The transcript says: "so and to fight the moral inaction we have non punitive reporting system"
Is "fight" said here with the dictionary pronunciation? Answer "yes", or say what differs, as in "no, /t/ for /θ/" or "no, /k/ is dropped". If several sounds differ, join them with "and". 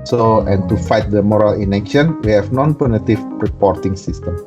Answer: yes